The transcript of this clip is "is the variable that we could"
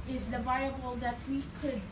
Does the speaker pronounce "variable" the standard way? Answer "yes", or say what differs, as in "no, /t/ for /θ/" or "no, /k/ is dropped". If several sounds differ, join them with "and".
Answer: no, /ɹ/ is dropped